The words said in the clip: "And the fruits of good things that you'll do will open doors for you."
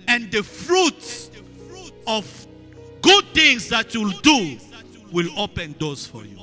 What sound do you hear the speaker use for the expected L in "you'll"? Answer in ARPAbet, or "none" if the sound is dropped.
L